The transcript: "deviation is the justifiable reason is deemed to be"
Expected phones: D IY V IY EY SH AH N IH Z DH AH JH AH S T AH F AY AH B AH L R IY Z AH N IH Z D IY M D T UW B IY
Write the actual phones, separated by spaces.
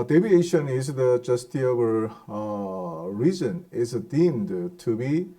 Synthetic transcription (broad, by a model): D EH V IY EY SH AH N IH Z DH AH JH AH S T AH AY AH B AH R IY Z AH N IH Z D IY M D T UW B IY